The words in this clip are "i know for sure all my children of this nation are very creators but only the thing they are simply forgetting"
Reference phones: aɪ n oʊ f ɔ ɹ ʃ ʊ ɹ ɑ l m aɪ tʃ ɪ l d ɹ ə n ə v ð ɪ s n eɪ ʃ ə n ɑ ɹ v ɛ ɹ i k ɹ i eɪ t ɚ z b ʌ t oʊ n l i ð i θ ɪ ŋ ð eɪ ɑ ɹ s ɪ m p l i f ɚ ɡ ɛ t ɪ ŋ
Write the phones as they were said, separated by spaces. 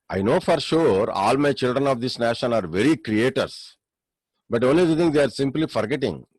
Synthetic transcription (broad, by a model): aɪ n oʊ f ɔ ɹ ʃ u ɹ ɑ l m aɪ tʃ ɪ l d ɹ ə n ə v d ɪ s n eɪ ʃ ə n ɑ ɹ v ɛ ɹ i k ɹ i eɪ t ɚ s b ʌ t oʊ n l i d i t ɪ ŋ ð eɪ ɑ ɹ s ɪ m p l i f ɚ ɡ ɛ t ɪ ŋ